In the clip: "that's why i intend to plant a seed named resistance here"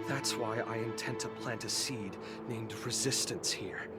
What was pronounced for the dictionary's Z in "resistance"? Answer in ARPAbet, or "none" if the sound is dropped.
Z